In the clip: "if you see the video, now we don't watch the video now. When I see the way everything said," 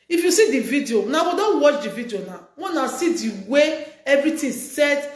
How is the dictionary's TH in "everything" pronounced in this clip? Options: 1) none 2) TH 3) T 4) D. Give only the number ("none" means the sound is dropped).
3